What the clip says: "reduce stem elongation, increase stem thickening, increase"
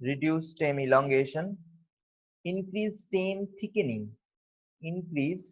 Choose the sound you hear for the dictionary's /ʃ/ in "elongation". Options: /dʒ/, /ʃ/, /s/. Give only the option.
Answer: /ʃ/